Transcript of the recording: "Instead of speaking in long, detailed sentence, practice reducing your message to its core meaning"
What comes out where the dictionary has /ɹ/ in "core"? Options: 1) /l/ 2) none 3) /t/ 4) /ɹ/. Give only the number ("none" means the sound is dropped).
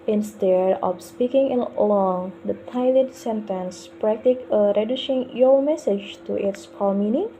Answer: 1